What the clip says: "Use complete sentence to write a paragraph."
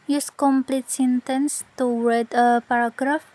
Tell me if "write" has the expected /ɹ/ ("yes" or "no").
no